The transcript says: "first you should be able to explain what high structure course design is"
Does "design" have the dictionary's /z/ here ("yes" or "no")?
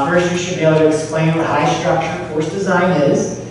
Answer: yes